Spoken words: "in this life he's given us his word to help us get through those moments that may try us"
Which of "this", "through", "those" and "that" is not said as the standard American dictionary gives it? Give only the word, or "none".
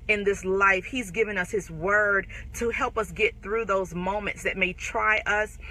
none